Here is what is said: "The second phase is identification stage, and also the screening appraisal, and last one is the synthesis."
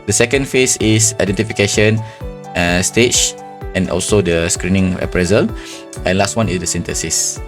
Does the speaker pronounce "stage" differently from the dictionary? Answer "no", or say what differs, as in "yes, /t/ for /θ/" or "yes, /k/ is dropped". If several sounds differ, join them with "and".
yes, /tʃ/ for /dʒ/